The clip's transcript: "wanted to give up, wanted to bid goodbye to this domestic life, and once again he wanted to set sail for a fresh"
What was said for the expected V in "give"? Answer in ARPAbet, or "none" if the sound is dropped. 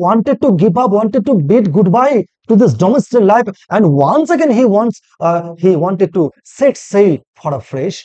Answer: P